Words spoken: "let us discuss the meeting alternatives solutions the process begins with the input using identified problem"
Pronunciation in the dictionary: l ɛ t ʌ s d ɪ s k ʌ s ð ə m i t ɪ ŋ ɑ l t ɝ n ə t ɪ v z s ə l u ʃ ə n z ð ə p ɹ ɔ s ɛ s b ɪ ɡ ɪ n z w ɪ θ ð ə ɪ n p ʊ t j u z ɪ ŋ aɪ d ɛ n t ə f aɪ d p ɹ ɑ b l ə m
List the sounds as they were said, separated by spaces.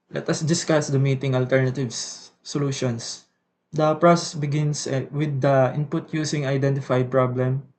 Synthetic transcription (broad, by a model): l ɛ t ʌ s d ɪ s k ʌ s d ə m i t ɪ ŋ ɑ l t ɝ n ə t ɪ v s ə l u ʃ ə n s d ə p ɹ ɔ s ɛ s b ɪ ɡ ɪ n s w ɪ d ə ɪ n p ʊ t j u s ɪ ŋ aɪ d ɛ n t ə f aɪ d p ɹ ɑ b l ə m